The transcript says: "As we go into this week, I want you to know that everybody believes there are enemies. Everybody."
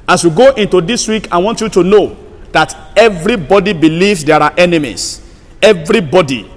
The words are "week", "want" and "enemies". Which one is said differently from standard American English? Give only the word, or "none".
enemies